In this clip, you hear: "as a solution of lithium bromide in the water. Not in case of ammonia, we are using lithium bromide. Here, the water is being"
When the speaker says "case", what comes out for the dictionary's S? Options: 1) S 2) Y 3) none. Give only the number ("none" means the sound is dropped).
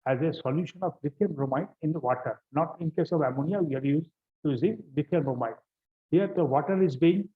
1